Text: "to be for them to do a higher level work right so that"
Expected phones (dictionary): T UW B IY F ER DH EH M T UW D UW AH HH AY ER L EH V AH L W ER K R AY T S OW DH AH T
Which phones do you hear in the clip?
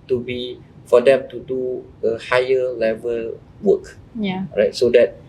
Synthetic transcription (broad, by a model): T UW B IY F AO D EH M T UW D UW AH HH AY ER L EH V AH L W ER K R AY T S OW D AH T